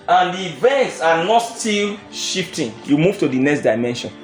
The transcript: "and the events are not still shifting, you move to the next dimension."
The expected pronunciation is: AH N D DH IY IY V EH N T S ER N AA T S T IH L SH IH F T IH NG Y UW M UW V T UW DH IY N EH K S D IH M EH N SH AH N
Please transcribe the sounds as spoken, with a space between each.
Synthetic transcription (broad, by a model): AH N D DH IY IY V EH N T S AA N AA T S T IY L SH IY F T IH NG Y UW M UW V T UW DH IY N EH K S D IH M EH N SH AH N